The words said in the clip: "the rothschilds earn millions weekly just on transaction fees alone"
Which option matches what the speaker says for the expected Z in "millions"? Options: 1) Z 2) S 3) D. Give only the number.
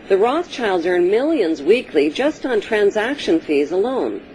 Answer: 1